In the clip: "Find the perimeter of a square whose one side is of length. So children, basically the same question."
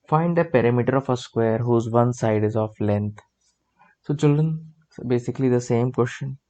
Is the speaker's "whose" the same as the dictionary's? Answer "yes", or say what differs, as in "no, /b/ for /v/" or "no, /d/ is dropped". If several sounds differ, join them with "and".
yes